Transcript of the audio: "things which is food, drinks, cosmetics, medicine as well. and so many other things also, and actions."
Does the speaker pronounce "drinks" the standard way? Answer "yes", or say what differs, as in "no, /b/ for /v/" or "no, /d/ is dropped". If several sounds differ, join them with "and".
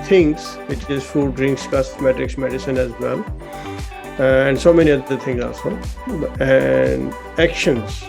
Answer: yes